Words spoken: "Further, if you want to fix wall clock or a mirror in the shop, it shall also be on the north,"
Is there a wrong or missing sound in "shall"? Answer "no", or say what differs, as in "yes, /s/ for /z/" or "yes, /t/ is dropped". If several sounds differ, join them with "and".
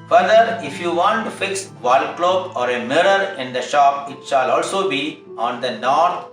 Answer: no